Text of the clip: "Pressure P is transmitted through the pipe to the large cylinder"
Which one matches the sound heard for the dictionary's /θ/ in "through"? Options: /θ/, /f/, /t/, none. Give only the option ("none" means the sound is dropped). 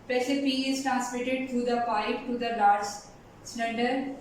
/t/